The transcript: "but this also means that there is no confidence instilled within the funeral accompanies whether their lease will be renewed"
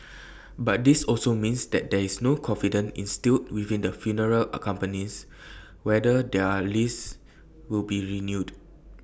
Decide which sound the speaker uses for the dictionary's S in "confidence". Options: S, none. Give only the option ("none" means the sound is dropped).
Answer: none